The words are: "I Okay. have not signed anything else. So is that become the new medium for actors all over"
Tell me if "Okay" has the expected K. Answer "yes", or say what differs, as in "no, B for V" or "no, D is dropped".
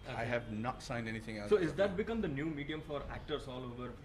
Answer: no, K is dropped